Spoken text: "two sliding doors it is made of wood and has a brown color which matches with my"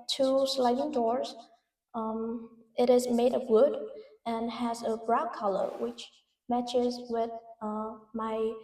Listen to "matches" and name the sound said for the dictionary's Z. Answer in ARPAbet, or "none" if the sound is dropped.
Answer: Z